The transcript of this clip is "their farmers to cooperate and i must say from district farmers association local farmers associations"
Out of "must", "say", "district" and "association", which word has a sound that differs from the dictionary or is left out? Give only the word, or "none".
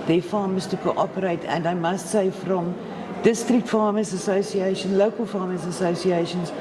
none